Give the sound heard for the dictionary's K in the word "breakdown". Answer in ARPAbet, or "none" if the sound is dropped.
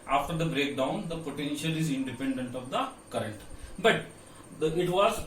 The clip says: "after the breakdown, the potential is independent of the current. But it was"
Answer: K